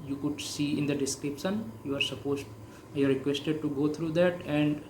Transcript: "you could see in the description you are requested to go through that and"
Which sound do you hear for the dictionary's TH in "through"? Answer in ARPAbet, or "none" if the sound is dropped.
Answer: T